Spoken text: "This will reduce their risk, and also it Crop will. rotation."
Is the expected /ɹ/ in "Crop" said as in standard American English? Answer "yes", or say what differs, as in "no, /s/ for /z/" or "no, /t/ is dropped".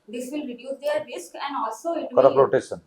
no, /ɹ/ is dropped